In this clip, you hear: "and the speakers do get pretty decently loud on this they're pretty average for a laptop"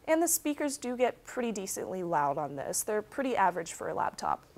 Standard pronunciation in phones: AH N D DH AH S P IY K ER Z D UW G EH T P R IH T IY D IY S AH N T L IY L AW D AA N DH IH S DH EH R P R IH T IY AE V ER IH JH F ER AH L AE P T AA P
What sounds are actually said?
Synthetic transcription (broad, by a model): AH N DH AH S P IY K ER Z D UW G EH T P R IH T IY D IY S AH N T L IY L AW D N DH IH S DH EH R P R IH T IY AE V ER IH JH F ER AH L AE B T AA P